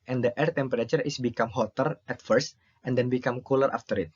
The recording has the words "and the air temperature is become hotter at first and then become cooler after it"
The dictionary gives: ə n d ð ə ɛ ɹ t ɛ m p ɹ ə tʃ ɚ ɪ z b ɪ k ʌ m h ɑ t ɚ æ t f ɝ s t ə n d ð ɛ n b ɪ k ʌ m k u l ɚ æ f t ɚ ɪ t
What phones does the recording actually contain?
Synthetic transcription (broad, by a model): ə n d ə ɛ ɹ t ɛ m p ɹ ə tʃ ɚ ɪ s b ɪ k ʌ m h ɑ t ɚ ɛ t f ɝ s t ə n d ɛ n b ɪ k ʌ m k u l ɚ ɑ f t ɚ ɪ t